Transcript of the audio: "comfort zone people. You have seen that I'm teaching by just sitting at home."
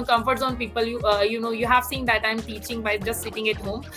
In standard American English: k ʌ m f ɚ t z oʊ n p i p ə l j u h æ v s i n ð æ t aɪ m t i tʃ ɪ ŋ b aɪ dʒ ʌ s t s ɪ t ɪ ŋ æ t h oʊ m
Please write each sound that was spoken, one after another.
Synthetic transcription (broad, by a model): k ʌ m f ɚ t s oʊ n p i p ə l j u h æ v s i n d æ t aɪ m t i tʃ ɪ ŋ b aɪ dʒ ʌ s t s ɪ t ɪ ŋ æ t h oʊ m